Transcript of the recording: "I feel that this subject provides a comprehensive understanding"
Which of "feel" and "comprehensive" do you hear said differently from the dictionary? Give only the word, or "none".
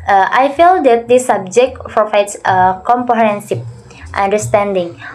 comprehensive